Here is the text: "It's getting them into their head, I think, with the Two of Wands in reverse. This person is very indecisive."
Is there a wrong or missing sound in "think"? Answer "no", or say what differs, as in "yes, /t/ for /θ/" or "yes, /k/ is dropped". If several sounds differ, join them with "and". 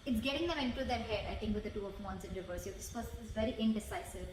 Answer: yes, /t/ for /θ/